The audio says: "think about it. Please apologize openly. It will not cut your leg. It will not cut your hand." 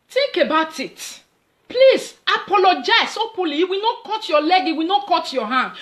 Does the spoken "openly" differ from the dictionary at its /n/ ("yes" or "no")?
yes